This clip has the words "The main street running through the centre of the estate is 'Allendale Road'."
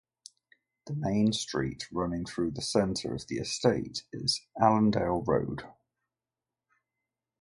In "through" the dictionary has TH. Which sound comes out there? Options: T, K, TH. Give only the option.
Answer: TH